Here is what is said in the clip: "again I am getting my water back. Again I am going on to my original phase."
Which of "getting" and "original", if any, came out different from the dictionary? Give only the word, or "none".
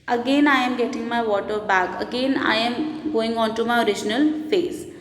none